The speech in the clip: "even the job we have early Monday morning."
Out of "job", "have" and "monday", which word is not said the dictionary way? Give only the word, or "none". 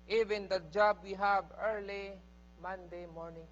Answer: have